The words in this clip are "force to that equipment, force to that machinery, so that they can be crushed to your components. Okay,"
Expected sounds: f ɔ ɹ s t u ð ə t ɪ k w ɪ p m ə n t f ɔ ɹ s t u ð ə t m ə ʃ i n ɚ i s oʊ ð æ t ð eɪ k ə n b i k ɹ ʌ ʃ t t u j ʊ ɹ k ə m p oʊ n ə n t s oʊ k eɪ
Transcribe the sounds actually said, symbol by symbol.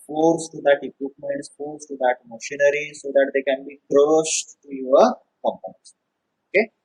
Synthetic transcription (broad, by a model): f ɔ ɹ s t u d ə t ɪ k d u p m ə n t f ɔ ɹ s t u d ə t m ə ʃ i n ɚ i s oʊ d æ t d eɪ k ə n b i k ɹ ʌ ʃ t t u j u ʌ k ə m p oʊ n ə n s oʊ k eɪ